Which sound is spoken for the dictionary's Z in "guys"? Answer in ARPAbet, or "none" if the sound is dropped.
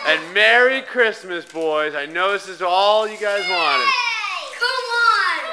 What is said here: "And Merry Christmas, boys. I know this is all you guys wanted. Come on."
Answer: Z